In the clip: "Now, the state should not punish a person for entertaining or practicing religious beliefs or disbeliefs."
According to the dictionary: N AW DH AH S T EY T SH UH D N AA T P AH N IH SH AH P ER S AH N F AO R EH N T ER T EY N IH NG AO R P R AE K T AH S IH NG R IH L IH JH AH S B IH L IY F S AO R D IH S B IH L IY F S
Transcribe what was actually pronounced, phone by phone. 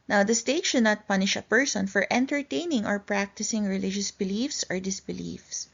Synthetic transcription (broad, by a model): N AW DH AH S T EY T SH UH D N AA T P AH N IH SH AH P ER S AH N F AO R EH N T ER T EY N IH NG AO R P R AE K T AH S IH NG R IH L IH JH AH S B IH L IY F S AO R D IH S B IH L IY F S